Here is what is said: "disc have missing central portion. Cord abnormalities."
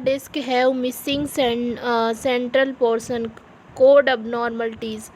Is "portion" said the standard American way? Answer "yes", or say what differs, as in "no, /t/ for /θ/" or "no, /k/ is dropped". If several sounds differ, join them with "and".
no, /s/ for /ʃ/